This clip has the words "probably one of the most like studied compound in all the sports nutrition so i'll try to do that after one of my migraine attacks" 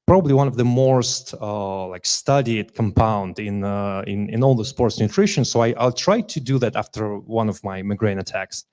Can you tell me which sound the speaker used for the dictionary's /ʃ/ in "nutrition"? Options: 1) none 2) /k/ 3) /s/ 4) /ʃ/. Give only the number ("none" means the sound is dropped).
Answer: 4